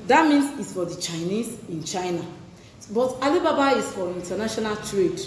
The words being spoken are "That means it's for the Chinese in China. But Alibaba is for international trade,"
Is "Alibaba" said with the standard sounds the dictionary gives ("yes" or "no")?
yes